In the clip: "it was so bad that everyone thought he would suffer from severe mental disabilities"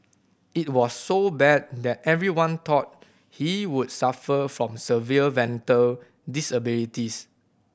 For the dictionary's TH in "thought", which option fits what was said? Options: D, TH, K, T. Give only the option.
T